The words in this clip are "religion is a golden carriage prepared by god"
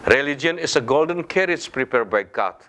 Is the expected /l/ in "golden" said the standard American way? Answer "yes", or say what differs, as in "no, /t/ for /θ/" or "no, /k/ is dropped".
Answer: yes